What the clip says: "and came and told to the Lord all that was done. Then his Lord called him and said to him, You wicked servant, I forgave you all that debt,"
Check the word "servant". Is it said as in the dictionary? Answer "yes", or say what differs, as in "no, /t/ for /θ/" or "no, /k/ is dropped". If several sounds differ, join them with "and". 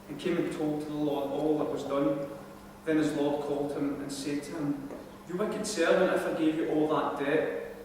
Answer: no, /t/ is dropped